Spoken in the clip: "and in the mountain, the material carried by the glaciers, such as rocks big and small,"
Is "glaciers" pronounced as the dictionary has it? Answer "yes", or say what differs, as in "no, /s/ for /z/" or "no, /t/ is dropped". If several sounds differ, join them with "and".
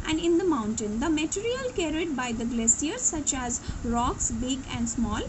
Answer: no, /s/ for /ʃ/